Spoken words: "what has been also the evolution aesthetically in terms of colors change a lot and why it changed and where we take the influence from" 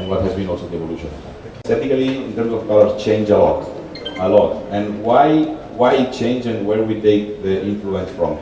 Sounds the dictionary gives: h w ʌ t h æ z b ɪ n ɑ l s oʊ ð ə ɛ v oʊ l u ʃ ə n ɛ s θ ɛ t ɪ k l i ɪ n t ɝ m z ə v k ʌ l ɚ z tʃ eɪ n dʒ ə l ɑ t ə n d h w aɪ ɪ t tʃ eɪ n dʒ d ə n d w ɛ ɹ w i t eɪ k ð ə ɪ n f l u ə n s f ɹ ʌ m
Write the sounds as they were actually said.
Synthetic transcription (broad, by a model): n w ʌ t h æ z b ɪ n ɑ l s oʊ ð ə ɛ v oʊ l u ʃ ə n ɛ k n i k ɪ l i ɪ n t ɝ m s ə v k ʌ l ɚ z tʃ eɪ n dʒ ə l ɑ t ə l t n w aɪ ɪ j tʃ eɪ n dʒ ə n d w ɛ ɹ w i t eɪ k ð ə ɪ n f l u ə n s f ɹ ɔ m